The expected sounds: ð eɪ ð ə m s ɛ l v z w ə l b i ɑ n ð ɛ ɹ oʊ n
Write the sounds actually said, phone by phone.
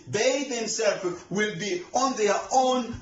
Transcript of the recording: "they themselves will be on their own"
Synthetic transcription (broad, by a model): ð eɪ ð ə m s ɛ l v w ə l b i ɑ n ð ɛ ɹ oʊ n